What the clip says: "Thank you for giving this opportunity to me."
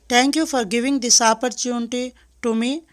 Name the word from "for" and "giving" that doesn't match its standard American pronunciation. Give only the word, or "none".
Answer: none